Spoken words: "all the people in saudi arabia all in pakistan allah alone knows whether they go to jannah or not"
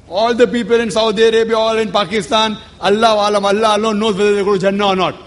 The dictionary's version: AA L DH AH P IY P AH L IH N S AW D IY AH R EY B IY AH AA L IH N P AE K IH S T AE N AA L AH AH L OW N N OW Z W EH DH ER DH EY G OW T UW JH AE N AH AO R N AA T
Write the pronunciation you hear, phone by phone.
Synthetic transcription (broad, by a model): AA L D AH P IY P AH L IH N S AW D IY AH R EY B IY AH AA L IH N P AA K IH S T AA N AA L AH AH L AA L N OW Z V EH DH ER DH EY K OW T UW JH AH N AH AO R N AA T